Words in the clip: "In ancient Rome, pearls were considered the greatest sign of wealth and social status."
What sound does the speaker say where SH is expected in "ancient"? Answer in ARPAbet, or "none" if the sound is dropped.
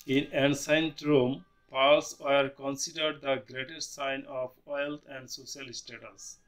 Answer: S